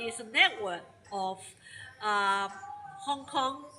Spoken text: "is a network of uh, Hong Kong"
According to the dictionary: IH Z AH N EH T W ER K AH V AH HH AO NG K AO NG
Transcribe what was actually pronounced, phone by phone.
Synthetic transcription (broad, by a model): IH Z AH N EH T W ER K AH F AH HH AO NG K AO NG